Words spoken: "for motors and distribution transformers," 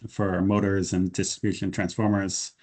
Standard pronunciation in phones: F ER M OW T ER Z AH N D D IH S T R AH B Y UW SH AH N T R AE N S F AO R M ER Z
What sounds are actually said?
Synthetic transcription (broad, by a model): F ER M OW T ER Z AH N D D IH S T R AH B Y UW SH AH N T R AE N S F AO R M ER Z